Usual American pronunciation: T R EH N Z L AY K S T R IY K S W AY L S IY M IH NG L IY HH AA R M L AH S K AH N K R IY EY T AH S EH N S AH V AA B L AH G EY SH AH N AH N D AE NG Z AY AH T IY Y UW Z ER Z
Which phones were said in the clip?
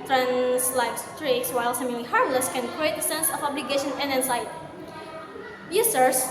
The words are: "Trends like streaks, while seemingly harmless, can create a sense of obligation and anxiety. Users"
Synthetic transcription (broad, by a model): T R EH N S L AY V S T R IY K S W AY L S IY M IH L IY HH AA R M L AH S K AH N K R IY EY T AH S EH N S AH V AA B L AH G EY SH AH N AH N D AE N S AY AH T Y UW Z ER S